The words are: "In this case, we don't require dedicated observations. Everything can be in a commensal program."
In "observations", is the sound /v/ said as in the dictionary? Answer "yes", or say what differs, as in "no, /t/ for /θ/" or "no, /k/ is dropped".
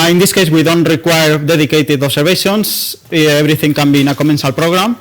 no, /b/ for /v/